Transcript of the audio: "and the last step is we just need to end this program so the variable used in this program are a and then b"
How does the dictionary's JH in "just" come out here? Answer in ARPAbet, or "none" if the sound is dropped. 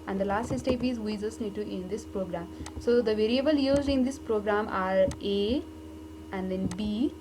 Z